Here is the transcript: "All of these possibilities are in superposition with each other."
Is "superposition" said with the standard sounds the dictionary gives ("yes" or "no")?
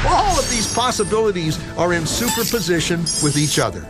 yes